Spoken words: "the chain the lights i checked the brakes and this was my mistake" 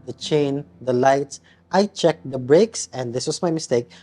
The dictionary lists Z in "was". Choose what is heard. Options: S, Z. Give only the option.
S